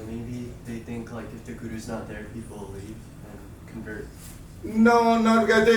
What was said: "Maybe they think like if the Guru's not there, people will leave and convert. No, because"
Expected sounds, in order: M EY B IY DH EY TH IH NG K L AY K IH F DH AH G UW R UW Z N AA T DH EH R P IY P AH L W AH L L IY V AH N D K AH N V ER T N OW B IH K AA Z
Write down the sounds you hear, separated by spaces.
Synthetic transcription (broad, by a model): M EY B IY DH EY TH IH NG K L AY K IH F DH AH G UW R UW Z N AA T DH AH R P IY P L L L IY V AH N K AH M V ER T N OW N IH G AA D